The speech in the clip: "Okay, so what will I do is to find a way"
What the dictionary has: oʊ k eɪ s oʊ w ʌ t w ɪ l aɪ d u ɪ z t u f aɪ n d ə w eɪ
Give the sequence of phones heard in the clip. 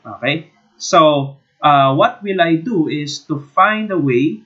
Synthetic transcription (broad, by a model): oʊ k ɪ s oʊ w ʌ t w ɪ l aɪ d u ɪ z t u f aɪ n d ə w eɪ